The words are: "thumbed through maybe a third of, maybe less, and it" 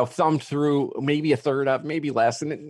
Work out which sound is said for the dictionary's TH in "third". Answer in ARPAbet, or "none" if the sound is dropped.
TH